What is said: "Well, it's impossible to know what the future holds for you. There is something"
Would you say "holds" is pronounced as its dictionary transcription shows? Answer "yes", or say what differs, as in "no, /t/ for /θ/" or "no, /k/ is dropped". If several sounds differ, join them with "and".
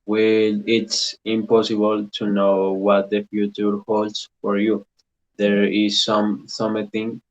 no, /s/ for /z/